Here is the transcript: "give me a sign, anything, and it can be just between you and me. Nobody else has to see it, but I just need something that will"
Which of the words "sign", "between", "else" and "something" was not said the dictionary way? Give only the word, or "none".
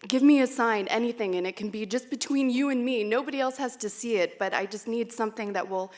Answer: none